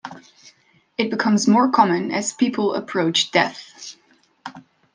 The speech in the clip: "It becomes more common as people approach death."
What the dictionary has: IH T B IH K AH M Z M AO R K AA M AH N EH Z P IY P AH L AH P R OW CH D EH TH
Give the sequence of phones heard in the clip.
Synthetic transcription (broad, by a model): IH T B IH K AH M Z M AO R K AA M AH N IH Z P IY P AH L AH P R OW CH D EH TH